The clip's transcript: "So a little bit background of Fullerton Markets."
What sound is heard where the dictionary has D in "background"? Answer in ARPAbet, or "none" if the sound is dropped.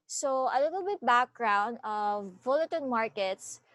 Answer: D